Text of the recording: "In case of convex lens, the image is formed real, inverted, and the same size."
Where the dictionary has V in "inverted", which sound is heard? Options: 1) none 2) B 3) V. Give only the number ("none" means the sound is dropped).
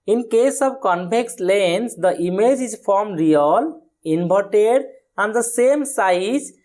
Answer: 2